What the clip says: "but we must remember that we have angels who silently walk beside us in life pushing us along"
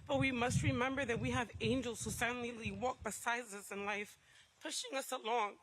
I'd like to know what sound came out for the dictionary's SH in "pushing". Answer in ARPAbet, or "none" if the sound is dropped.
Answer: SH